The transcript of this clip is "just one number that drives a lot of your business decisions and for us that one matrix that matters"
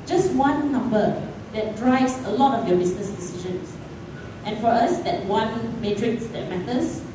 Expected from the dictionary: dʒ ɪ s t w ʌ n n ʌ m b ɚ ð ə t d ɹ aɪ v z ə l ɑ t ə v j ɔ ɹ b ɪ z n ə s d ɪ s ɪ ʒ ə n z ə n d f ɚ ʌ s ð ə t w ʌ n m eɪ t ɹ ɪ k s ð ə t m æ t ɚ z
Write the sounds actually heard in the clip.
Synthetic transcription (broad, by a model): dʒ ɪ s t w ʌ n n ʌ m b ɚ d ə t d ɹ aɪ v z ə l ɑ t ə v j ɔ b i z n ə s d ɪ s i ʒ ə n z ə n f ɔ ʌ s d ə t w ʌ n m eɪ t ɹ ɪ k s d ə t m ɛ t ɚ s